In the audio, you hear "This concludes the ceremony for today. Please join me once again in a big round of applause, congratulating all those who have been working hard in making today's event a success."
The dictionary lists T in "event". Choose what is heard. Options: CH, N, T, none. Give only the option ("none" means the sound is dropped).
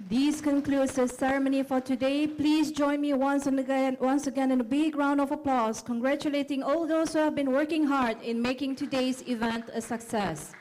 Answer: T